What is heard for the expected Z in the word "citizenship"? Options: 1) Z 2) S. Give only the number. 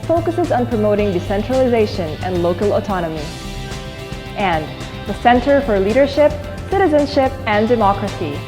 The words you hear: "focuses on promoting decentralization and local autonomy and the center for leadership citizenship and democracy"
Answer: 1